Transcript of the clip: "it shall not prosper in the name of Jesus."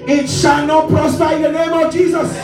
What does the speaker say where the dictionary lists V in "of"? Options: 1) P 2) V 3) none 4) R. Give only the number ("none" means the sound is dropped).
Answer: 2